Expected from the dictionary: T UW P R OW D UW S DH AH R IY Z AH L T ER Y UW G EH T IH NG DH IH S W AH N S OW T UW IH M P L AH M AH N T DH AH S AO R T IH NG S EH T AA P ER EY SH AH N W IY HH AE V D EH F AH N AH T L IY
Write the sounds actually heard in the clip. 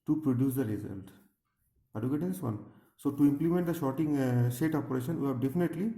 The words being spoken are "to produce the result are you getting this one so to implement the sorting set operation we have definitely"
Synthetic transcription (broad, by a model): T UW P R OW D UW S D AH R IY Z AH L T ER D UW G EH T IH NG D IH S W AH N S OW T UW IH M P L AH M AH N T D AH SH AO T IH NG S EH T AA P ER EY SH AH N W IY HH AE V D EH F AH N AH T L IY